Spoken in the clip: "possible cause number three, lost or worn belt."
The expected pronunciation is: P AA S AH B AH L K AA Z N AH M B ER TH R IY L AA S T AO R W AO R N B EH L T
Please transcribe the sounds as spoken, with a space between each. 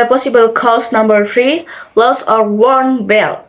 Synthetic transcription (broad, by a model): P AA S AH B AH L K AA S N AH M B ER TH R IY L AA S AO R W AO R N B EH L